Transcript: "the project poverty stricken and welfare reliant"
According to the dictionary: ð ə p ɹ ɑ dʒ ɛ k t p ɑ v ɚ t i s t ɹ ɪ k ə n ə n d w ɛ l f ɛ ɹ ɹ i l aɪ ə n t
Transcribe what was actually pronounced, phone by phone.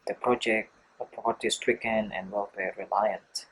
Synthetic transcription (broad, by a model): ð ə p ɹ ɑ dʒ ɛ k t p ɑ p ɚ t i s t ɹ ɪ k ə n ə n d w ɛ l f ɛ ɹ ɹ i l aɪ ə n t